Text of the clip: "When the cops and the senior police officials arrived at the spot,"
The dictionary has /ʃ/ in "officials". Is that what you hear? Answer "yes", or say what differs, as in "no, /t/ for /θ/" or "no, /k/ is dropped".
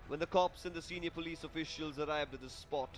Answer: yes